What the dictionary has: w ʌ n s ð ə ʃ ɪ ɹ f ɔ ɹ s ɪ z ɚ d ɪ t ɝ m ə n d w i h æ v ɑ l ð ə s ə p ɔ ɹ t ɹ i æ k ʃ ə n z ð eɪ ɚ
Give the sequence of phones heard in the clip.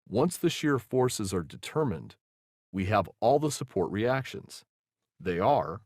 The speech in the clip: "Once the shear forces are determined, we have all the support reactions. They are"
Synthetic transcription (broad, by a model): w ʌ n s ð ə ʃ ɪ ɹ f ɔ ɹ s ɪ z ɚ d ɪ t ɝ m ə n d w i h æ v ɑ l ð ə s ə p ɔ ɹ t ɹ i æ k ʃ ə n z ð eɪ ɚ